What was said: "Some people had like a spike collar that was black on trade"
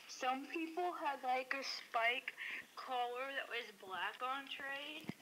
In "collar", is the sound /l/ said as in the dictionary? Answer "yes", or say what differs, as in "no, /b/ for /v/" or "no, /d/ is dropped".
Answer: yes